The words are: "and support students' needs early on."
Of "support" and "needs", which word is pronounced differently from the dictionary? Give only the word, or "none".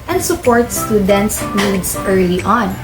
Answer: needs